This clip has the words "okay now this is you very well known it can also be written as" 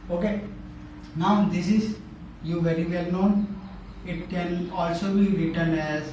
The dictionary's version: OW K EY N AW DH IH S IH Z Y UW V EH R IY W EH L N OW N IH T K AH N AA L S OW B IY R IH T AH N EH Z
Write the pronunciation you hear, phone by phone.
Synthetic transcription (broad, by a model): OW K EY N AW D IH S IH Z Y UW V EH R IY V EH L N OW N IH T K AH N AA L S OW B IY R IH T AH N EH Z